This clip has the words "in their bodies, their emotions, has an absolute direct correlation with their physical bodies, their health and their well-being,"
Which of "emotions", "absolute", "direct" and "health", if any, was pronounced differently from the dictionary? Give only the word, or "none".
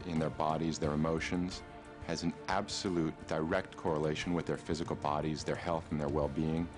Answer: none